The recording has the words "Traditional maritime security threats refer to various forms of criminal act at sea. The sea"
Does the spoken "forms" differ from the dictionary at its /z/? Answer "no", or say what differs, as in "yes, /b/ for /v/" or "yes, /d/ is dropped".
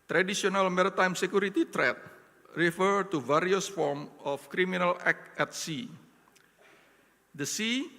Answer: yes, /z/ is dropped